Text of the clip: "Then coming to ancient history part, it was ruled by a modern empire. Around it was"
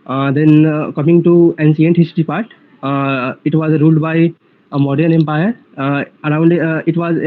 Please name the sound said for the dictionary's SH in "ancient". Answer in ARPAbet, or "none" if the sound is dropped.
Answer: S